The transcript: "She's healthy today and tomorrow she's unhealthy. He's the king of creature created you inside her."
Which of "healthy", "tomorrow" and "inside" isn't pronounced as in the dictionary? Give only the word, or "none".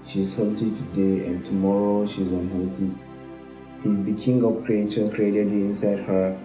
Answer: healthy